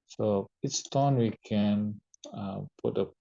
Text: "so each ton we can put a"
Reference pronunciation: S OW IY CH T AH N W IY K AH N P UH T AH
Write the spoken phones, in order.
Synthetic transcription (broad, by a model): S OW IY S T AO N W IY K AH N P UH T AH